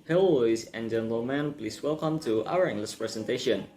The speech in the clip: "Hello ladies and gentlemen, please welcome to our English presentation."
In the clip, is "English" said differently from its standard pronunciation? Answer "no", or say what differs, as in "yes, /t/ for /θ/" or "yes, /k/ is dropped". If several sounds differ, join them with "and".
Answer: yes, /s/ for /ʃ/